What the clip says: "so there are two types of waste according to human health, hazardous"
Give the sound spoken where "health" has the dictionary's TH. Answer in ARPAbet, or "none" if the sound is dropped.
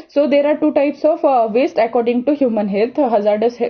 T